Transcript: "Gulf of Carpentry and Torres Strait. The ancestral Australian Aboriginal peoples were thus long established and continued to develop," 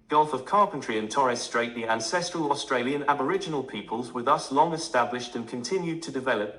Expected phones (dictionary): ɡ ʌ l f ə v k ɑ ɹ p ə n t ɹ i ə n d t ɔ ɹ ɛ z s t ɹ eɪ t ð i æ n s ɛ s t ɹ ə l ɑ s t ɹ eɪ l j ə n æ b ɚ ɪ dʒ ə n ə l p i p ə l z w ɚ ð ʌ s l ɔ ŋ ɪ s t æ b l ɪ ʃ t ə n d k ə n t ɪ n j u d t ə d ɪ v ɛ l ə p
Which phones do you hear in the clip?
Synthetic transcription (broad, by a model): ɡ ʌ l f ə v k ɑ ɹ p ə n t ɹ i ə n t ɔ ɹ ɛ s t ɹ eɪ t ð i æ n s ɛ s t ɹ ə l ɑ s t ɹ eɪ l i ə n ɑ b ɚ ɪ dʒ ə n ə l p i p ə l z w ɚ ð ʌ s l ɔ ŋ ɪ s t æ b l ɪ ʃ t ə n k ə n t ɪ n j u d t ə d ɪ v ɛ l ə p